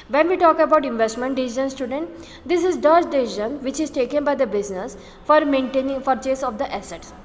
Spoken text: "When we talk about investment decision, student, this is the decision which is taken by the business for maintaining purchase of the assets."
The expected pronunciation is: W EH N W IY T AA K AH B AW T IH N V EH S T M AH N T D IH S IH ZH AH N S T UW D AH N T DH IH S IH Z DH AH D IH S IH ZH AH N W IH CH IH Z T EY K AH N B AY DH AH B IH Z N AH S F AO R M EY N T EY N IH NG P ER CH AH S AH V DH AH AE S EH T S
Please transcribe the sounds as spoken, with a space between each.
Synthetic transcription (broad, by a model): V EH N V IY T AA K AH B AW T IH N V EH S T M AH N T D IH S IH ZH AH N S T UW D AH N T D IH S IH Z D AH D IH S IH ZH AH N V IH CH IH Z T EY K AH N B AY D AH B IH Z N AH S F AO R M EY N T EY N IH NG F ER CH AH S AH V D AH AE S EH T S